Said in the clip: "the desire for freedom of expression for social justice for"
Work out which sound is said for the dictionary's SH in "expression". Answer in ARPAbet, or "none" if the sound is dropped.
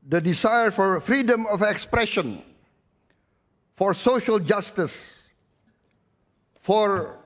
SH